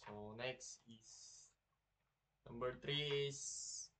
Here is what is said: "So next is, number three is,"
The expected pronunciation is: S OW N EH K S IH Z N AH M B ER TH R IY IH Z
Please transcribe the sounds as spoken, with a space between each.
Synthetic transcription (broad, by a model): S OW N EH K S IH S N AH M B ER T R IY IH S